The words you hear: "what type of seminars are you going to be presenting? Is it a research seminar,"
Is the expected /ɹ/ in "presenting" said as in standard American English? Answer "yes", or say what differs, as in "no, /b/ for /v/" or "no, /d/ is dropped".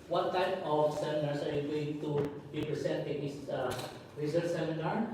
no, /ɹ/ is dropped